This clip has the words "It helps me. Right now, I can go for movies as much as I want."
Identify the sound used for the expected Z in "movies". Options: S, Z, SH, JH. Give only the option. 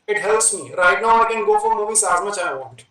S